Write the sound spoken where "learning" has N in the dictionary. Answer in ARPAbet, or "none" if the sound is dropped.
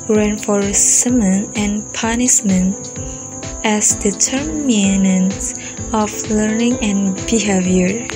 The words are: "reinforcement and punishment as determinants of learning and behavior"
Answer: N